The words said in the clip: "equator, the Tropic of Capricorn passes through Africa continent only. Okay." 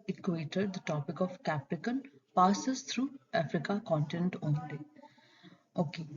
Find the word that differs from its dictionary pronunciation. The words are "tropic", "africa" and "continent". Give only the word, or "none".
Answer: tropic